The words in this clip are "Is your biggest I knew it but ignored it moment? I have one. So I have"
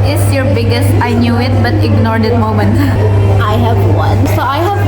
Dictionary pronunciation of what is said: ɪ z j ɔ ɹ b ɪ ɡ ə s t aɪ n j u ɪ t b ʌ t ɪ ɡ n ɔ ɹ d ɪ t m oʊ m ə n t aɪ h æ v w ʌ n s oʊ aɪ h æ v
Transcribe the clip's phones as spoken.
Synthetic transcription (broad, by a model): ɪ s j ɔ ɹ b ɪ ɡ ə s t aɪ n j u ɪ t b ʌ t ɪ ɡ n ɔ ɹ d ɪ t m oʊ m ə n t aɪ h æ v w ʌ n s oʊ aɪ h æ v